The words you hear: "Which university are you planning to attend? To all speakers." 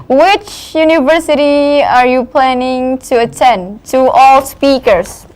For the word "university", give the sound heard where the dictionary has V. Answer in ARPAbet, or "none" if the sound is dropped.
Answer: V